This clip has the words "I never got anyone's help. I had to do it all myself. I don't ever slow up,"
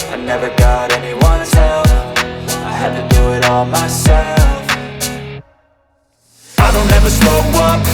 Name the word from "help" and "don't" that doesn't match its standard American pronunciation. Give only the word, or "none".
help